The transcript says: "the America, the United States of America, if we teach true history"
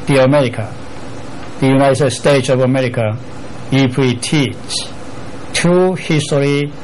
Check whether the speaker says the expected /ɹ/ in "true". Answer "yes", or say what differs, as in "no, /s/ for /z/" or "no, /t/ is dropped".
no, /ɹ/ is dropped